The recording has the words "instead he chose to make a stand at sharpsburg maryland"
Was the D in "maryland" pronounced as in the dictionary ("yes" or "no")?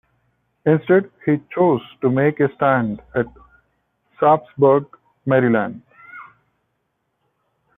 yes